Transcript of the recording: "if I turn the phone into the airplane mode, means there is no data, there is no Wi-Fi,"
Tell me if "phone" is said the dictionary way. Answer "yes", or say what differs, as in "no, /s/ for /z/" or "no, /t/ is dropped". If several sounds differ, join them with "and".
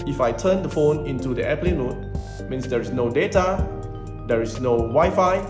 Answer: yes